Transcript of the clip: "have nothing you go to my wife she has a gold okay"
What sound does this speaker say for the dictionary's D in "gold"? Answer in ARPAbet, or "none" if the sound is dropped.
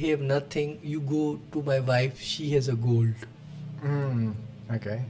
D